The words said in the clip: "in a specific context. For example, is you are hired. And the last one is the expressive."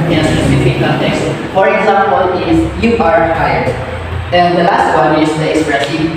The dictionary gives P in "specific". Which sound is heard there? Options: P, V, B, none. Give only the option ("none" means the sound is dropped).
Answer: none